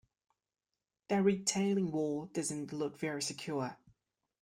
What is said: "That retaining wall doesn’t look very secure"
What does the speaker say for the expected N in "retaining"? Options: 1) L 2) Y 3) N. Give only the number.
1